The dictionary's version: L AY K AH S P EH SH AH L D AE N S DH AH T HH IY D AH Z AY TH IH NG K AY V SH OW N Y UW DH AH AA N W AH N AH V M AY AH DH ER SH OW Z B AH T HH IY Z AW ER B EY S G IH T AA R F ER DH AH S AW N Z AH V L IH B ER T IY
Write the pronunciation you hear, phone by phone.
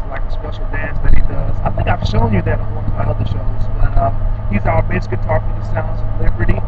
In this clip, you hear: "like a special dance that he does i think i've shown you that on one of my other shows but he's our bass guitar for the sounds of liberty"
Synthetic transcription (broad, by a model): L AY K AH S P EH SH L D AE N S DH AH T HH IY D AH Z AY TH IH NG K AY V SH OW N Y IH DH AH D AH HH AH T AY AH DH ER SH OW Z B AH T HH IY Z AW ER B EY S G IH T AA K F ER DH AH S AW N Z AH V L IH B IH T IY